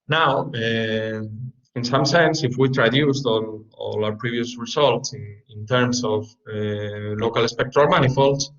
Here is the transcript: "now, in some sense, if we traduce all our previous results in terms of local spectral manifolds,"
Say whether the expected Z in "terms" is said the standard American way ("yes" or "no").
no